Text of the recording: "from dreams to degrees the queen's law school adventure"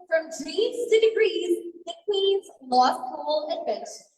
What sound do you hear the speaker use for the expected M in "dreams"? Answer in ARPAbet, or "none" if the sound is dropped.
none